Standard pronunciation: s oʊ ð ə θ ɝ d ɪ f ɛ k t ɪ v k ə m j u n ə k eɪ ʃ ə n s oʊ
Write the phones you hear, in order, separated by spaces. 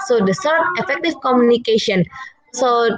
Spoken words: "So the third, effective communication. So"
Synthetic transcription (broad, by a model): s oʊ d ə s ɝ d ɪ f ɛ k t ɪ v k ə m j u n ə k eɪ ʃ ə n s oʊ